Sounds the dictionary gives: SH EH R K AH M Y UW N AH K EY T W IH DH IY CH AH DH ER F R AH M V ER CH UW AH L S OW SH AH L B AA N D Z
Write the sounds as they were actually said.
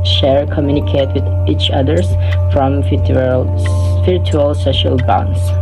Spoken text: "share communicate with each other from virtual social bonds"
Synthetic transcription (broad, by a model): SH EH R K AH M Y UW N AH K EY T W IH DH IY CH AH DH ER F R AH M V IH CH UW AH L S OW SH AH L B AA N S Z